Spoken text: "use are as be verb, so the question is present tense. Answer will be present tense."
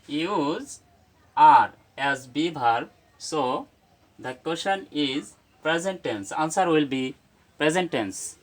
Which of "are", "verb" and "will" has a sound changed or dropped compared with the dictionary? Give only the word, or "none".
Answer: verb